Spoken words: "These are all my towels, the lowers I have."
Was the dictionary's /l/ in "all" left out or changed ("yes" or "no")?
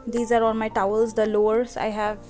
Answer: yes